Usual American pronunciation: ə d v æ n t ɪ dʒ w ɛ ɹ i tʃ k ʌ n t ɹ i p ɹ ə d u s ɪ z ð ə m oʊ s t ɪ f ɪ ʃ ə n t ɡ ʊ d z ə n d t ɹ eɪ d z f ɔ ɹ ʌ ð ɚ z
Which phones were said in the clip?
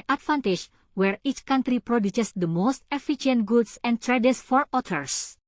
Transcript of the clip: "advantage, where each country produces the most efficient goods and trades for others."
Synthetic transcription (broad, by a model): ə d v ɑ n t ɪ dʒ w ɛ ɹ i tʃ k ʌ n t ɹ i p ɹ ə d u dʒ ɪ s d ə m oʊ s t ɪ f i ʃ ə n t ɡ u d s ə n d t ɹ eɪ d s f ɔ ɹ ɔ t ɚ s